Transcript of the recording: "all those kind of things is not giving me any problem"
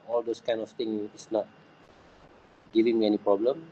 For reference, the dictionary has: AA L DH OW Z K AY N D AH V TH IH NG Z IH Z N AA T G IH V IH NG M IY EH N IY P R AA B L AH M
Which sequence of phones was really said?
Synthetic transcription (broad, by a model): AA L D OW S K AY N AH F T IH NG IH S N AA T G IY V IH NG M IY EH N IY P R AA B L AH M